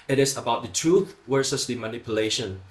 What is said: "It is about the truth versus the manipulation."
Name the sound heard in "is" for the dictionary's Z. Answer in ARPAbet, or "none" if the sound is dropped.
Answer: S